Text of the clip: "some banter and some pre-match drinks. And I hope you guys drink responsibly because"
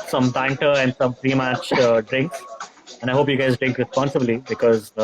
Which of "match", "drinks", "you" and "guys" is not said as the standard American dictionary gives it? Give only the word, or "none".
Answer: drinks